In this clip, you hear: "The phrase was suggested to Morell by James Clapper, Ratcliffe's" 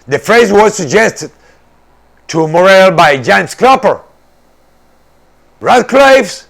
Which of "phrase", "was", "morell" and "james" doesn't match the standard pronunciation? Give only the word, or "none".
james